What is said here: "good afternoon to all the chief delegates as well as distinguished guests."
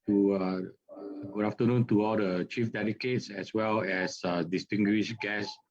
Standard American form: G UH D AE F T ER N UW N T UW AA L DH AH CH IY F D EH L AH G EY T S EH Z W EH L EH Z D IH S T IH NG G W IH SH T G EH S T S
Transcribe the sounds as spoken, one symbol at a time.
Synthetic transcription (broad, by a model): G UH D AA F T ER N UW N T UW AA L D AH CH IY F D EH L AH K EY T S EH S W EH L EH S D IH S T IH NG G W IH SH G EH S S